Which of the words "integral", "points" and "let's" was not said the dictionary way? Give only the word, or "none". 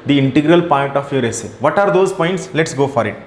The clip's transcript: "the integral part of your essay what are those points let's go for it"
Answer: none